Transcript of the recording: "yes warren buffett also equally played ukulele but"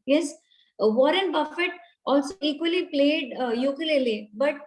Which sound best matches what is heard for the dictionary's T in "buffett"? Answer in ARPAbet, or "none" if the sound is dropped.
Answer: T